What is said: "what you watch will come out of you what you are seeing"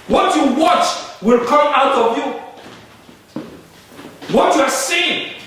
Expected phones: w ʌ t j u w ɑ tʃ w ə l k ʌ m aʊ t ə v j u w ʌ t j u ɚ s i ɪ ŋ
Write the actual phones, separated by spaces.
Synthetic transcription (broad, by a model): w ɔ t j u w ɑ tʃ w ə l k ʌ m aʊ t ə v j u w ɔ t j u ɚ s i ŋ